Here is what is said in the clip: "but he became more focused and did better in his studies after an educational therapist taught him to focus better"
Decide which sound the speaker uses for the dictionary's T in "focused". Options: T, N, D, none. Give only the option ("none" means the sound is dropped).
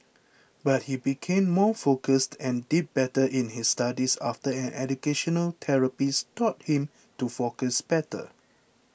T